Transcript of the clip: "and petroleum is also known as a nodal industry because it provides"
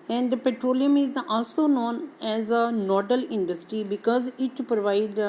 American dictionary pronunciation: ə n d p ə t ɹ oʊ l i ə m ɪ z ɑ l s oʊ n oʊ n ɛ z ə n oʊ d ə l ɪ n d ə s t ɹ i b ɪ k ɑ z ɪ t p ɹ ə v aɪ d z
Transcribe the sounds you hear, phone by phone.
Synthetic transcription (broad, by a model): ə n d p ə t ɹ oʊ l i ə m ɪ z ɑ l s oʊ n oʊ n ɛ z ə n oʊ d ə l ɪ n d ə s t ɹ i b ɪ k ɑ z ɪ t p ɹ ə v aɪ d